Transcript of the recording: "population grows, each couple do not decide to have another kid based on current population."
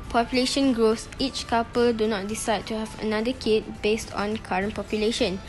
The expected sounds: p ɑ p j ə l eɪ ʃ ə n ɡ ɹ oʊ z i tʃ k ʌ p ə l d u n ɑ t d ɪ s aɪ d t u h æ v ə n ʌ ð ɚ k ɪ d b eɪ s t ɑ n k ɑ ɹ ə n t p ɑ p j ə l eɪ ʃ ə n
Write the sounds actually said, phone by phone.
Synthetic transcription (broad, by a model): p ɑ p j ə l eɪ ʃ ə n ɡ ɹ oʊ s i tʃ k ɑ p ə l d u n ɑ t d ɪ s aɪ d t u h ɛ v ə n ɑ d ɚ k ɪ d b eɪ s t ɑ n k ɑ ɹ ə n p ɑ p j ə l eɪ ʃ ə n